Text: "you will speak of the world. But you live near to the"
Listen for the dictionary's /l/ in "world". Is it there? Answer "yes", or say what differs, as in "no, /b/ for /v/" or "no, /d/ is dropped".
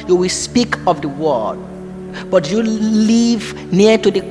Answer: no, /l/ is dropped